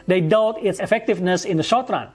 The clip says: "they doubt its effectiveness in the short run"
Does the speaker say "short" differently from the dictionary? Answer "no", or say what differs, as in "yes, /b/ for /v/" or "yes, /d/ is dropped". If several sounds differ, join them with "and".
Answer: no